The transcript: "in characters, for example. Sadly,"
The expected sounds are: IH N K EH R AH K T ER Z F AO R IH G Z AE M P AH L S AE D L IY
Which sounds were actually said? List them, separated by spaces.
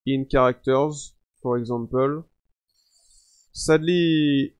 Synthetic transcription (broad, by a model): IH N K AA R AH K T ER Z P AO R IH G Z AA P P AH L S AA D L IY